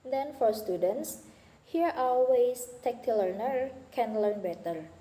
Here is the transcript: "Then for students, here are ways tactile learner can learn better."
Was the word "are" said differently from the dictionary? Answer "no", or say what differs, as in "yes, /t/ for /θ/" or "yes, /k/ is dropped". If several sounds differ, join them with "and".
yes, /l/ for /ɹ/